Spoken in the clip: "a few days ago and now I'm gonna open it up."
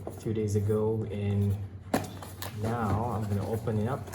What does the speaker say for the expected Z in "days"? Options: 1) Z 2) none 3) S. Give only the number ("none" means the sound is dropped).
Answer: 1